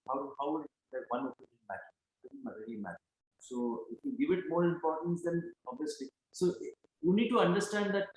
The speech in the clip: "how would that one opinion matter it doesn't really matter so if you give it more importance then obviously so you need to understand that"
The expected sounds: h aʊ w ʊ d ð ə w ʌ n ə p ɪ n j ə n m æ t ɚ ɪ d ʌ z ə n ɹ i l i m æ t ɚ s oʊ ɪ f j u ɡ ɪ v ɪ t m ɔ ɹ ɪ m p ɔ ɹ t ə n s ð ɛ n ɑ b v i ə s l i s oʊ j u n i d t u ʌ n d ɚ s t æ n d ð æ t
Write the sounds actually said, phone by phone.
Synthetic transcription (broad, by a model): h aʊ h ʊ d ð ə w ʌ n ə ɪ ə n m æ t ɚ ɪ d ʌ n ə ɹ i l i m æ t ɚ s oʊ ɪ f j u ɡ ɪ v ɪ t m ɔ ɹ ɪ m p ɔ ɹ t ə n s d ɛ n ɑ b v i ə s l i s oʊ j u n i d t u ʌ n d ɚ s t æ n d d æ t